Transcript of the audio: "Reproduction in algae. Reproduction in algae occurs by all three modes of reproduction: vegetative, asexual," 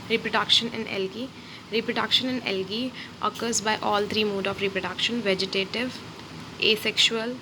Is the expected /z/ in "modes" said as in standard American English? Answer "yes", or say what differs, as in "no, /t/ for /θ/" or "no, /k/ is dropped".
no, /z/ is dropped